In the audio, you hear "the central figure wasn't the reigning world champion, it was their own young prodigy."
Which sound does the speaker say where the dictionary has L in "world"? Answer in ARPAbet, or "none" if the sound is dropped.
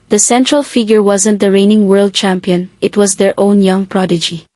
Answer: L